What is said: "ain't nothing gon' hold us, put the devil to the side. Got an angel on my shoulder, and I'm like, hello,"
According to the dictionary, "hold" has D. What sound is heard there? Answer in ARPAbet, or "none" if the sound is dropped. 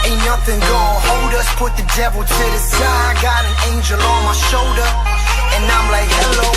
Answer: D